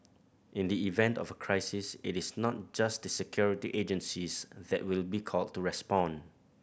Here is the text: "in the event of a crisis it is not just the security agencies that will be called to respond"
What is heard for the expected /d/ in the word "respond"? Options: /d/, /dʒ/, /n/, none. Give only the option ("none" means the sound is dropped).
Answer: none